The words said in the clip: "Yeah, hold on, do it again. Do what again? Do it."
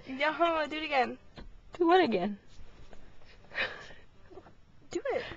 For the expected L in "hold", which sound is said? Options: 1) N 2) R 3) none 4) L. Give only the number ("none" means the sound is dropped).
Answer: 3